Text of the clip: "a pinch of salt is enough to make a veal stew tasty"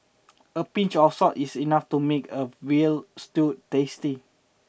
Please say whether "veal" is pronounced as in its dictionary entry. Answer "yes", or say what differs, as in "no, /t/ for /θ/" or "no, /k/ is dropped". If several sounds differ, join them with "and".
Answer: no, /w/ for /v/